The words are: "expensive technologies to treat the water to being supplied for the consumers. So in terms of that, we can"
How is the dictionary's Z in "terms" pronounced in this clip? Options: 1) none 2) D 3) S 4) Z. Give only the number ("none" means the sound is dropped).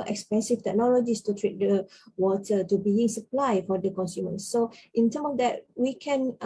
1